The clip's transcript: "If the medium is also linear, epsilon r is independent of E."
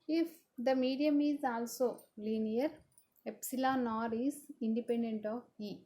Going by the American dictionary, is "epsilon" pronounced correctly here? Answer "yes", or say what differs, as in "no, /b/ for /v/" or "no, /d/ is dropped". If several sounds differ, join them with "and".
yes